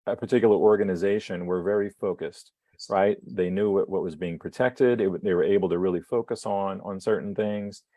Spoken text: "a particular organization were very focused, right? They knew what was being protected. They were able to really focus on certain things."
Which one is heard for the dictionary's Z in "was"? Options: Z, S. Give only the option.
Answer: Z